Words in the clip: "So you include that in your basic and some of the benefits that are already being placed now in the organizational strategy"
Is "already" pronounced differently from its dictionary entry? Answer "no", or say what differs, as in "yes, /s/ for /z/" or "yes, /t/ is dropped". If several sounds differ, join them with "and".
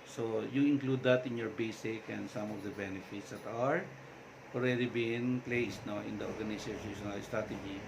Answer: yes, /l/ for /ɹ/